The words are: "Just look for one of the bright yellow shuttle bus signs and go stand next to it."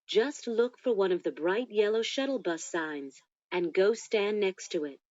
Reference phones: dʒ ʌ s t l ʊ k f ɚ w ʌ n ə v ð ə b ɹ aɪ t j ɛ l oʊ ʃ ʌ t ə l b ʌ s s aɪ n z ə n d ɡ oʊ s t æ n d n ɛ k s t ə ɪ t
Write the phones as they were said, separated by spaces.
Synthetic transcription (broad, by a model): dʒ ʌ s t l ʊ k f ɚ w ʌ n ə v ð ə b ɹ aɪ t j ɛ l oʊ ʃ ʌ t l b ʌ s s aɪ n z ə n ɡ oʊ s t æ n n ɛ k s t ə ɪ t